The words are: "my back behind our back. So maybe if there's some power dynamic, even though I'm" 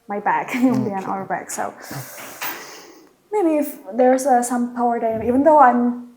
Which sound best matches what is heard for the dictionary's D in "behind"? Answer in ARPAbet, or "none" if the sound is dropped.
none